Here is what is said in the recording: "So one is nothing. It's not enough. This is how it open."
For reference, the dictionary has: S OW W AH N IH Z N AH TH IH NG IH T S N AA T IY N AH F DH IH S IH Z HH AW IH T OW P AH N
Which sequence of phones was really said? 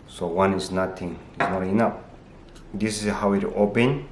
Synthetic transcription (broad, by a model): S OW W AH N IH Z N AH T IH NG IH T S N AA T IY N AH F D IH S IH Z HH AW IH T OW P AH N